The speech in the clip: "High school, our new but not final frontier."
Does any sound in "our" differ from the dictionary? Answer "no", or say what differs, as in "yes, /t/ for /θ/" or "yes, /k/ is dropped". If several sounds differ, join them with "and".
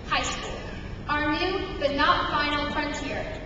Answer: no